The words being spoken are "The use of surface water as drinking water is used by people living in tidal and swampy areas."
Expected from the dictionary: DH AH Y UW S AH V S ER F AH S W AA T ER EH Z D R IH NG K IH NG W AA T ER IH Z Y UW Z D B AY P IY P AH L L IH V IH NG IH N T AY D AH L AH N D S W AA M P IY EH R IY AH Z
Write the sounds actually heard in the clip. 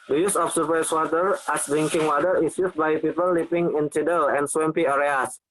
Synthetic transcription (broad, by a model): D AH Y UW S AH F S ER P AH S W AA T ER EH S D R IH NG K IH NG W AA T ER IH S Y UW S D B AY P IY P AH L L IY P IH NG IH N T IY D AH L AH N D S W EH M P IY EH R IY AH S